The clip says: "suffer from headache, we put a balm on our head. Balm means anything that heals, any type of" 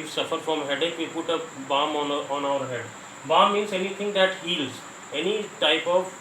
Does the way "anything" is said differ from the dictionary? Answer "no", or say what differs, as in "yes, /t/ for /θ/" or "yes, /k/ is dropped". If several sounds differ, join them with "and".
yes, /t/ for /θ/